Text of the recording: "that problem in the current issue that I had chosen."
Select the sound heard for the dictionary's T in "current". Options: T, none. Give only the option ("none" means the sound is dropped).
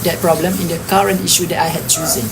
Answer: T